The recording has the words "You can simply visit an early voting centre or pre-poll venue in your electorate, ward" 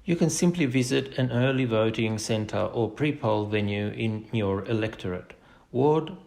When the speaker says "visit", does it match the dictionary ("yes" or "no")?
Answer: yes